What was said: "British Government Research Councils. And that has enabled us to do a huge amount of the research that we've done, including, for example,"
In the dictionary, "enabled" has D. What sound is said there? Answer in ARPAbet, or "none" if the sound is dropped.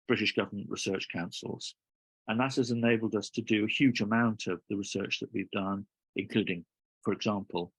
D